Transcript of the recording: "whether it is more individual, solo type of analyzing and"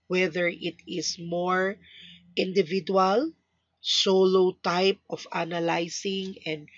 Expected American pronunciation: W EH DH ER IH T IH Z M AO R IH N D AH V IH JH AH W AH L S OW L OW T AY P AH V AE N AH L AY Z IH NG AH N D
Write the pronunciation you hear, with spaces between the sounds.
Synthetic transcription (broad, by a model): W EH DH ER IH T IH S M AO R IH N D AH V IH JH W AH L S OW L OW T AY P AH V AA N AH L AY S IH NG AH N D